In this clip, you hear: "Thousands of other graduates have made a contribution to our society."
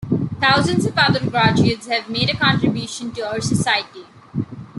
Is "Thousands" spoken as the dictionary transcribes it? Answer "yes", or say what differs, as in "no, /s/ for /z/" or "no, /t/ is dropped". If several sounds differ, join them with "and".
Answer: no, /t/ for /θ/